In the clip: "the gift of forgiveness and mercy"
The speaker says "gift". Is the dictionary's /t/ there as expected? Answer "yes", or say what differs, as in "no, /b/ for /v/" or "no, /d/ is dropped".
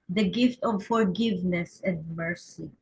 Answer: yes